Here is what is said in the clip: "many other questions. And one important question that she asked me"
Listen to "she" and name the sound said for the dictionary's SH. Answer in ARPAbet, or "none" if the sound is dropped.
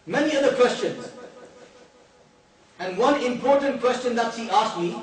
S